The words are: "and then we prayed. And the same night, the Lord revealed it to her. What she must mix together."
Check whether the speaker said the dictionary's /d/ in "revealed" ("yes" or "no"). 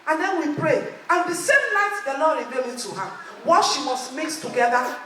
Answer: no